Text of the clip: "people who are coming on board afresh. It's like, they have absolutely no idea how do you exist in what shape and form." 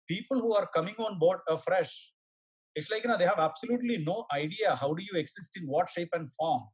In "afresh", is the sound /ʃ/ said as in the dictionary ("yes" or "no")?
yes